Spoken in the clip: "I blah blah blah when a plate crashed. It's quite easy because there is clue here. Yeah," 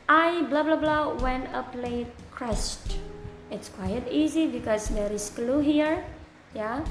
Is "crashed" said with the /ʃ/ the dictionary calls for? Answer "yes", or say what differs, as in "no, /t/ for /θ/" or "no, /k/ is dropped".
no, /s/ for /ʃ/